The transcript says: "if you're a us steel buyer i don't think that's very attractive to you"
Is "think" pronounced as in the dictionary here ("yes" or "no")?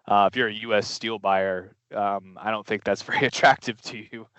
yes